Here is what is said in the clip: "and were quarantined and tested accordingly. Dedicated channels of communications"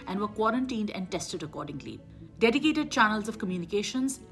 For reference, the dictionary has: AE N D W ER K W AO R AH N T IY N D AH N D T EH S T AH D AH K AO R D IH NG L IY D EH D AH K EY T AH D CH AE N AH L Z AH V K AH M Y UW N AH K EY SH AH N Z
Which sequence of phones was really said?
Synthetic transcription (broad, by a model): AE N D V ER K W AO R AH N T IY N D AH N D T EH S T AH D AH K AO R D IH NG L IY D EH D AH K EY T AH D CH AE N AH L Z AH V K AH M Y UW N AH K EY SH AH N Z